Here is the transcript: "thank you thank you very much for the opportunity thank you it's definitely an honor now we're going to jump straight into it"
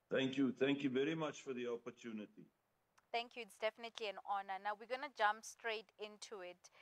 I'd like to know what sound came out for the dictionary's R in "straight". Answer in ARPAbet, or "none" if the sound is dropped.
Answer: R